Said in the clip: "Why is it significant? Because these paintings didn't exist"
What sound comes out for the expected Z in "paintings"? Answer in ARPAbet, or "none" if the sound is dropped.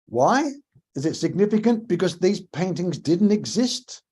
Z